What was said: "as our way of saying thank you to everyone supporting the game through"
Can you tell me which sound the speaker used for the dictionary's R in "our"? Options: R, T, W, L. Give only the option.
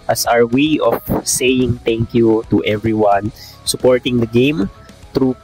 R